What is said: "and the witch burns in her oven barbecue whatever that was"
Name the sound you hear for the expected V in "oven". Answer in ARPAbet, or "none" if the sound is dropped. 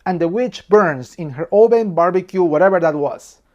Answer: P